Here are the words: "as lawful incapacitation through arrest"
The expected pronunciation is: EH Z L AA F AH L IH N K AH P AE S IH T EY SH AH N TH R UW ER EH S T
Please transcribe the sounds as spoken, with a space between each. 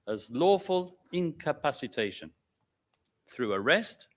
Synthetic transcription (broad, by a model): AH Z L AA F AH L IH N K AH P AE S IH T EY SH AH N TH R UW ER EH S T